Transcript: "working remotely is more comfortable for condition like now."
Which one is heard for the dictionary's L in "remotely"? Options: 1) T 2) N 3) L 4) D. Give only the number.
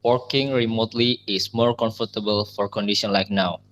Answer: 3